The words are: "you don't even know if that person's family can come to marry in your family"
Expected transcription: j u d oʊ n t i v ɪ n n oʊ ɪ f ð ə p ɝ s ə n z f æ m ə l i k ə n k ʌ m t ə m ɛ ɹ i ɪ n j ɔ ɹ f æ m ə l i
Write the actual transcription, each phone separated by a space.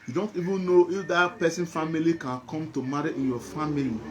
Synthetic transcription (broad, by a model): j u d oʊ n t i v ɪ n n oʊ ɪ f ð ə p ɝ s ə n f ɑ m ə l i k ə n k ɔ m t ə m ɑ ɹ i ɪ n j ɔ f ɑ m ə l i